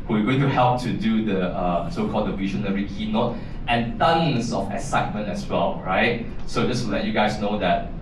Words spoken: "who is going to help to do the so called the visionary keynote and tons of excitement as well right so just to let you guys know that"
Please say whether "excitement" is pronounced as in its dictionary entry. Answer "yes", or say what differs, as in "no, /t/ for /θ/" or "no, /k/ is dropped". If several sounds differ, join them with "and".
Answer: no, /k/ is dropped